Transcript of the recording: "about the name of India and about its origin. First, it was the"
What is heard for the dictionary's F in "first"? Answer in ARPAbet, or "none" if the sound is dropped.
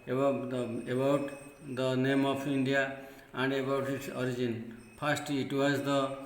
P